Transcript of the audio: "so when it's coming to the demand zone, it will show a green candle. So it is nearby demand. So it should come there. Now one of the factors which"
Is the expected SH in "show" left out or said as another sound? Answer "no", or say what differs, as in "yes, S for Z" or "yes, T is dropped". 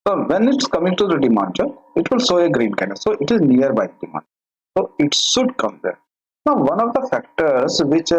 yes, S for SH